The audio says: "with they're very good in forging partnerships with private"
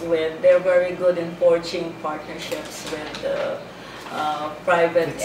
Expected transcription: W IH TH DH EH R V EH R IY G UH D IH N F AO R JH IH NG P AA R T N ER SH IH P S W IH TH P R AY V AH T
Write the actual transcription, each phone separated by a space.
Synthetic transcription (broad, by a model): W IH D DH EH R V EH R IY G UH D IH N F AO R CH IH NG P AA R T N ER SH IH P S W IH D P R AY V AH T